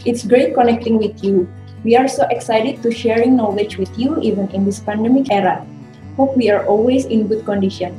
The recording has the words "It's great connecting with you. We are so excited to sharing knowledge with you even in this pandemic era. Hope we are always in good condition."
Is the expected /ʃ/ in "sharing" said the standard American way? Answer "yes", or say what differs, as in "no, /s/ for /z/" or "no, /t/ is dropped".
yes